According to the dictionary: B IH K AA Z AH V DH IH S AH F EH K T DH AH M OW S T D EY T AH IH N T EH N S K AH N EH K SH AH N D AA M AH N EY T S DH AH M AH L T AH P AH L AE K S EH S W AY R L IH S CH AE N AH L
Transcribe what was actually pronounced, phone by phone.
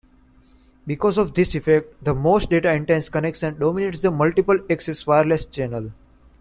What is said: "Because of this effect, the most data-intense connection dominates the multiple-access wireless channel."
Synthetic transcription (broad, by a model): B IH K AA Z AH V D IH S AH F EH K T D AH M OW S T D EY T AH IH N T EH N S K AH N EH K S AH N D AA M AH N EY T S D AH M AH L T AH P AH L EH K S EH S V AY R L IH S CH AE N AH L